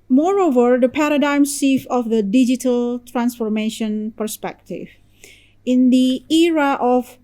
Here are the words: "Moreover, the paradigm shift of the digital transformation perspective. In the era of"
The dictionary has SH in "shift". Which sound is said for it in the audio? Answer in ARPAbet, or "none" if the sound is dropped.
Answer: S